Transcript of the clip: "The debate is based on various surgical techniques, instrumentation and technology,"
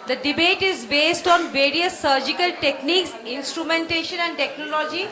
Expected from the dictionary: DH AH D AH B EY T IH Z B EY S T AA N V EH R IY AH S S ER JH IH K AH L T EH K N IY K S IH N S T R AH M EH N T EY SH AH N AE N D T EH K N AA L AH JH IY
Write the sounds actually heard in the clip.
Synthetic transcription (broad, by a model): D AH D AH B EY T IH Z B EY S T AA N V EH R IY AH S S ER JH IH K AH L T EH K N IY K S IH N S T R AH M EH N T EY SH AH N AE N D T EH K N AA L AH JH IY